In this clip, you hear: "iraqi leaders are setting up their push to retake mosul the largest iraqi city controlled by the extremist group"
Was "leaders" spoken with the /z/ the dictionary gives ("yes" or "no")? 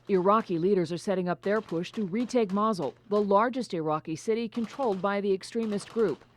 yes